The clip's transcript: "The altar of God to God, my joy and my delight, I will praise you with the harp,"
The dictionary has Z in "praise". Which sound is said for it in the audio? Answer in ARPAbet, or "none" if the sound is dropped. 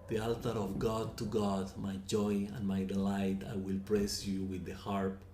S